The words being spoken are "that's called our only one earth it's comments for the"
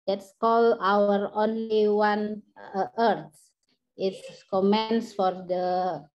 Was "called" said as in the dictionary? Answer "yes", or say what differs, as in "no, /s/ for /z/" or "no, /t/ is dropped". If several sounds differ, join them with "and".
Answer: no, /d/ is dropped